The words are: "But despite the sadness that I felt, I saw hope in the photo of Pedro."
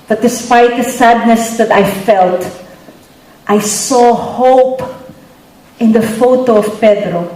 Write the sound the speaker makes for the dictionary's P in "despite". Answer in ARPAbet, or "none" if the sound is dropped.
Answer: P